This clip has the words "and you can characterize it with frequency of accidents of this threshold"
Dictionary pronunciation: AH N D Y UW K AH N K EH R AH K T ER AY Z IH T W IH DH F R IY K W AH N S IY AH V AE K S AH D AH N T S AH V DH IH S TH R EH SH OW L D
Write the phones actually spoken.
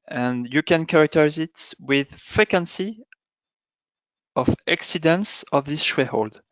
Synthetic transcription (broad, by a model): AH N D Y UW K AH N K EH R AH K T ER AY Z IH T W IH DH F EH K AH N S IY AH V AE K S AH D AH N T S AH V DH IH S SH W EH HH OW L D